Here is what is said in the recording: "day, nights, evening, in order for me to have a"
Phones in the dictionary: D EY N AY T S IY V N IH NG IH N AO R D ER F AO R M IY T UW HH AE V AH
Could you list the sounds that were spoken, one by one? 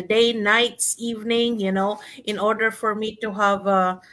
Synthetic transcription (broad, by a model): D EY N AY T S IY V N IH NG IH N AO R D ER F AO R M IY T UW HH AE V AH